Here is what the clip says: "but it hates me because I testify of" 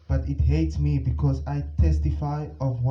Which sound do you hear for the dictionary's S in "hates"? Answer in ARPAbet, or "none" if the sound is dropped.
S